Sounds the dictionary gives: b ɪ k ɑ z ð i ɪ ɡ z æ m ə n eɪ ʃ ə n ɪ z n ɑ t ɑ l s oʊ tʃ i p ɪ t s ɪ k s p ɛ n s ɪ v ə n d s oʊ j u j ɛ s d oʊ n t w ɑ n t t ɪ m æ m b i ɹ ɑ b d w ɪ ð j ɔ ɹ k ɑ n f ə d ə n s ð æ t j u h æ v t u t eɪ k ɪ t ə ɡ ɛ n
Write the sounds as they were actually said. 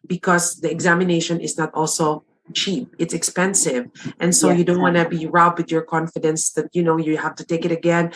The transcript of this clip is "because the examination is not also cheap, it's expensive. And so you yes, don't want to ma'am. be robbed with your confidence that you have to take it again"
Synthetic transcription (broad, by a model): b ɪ k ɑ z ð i ɪ ɡ z æ m ə n eɪ ʃ ə n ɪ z n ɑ t ɑ l s oʊ tʃ i p ɪ t s ɪ k s p ɛ n s ɪ v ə n s oʊ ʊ j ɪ d oʊ n t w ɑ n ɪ b i ɹ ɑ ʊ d w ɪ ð j ɔ ɹ k ɑ n f ə d ə n s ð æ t j u h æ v t u t eɪ k ɪ t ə ɡ ɛ n